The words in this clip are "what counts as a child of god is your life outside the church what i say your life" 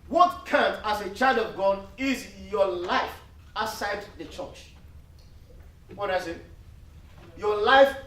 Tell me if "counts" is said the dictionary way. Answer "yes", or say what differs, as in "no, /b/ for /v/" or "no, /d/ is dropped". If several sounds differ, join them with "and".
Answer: no, /s/ is dropped